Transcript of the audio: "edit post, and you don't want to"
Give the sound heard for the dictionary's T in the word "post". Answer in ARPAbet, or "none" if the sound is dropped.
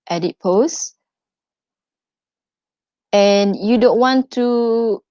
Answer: none